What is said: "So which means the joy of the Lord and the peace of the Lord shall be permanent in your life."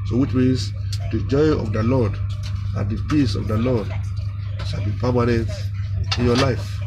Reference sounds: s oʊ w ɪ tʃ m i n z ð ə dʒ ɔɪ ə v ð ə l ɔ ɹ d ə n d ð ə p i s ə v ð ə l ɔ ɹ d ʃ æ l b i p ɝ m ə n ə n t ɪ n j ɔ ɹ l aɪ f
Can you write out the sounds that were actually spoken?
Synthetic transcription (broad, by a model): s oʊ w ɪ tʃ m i z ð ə dʒ ɔɪ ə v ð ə l ɔ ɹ d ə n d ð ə p i s ə v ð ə l ɔ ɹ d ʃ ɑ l b i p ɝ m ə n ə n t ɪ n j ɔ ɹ l aɪ f